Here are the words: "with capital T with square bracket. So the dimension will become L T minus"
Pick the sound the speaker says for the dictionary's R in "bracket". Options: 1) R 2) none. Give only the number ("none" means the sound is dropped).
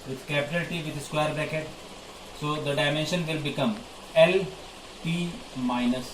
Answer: 2